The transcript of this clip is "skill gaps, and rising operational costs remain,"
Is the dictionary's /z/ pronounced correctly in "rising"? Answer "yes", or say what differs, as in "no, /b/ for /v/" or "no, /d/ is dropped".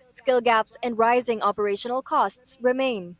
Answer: yes